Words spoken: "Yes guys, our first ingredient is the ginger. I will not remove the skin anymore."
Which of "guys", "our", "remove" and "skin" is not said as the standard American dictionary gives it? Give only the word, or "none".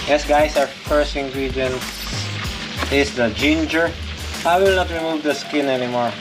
guys